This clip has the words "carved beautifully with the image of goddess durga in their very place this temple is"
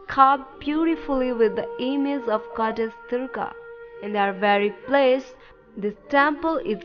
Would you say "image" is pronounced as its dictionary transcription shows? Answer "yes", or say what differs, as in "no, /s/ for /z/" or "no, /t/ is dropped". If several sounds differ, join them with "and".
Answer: no, /z/ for /dʒ/